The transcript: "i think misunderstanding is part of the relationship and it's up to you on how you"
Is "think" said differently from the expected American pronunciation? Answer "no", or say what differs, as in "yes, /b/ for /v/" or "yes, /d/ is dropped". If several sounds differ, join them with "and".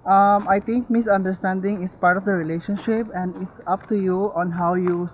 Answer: yes, /t/ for /θ/